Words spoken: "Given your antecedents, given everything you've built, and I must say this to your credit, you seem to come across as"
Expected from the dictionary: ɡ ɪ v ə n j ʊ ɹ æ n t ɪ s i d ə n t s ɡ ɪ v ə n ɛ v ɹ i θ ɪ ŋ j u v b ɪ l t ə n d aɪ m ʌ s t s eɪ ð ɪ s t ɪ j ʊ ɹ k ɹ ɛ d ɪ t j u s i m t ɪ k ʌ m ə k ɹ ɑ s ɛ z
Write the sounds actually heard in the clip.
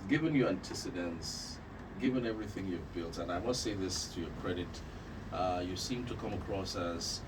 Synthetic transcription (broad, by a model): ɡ ɪ v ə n j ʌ ɹ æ n t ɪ s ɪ d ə n s ɡ ɪ v ə n ɛ v ɹ i θ ɪ ŋ j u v b ɪ l t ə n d aɪ m ʌ s t s eɪ ð ɪ s t ɪ j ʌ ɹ k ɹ ɛ d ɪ t j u s i m t ɪ k ʌ m ə k ɹ ɑ s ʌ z